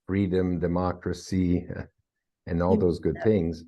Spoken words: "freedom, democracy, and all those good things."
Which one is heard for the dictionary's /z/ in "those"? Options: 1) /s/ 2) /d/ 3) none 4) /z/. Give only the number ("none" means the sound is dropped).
4